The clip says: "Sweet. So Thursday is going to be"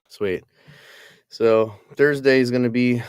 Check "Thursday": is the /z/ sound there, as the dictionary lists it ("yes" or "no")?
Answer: yes